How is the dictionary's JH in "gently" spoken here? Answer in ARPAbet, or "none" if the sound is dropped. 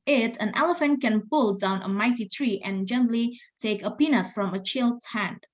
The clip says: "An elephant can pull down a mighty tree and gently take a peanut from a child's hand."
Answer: JH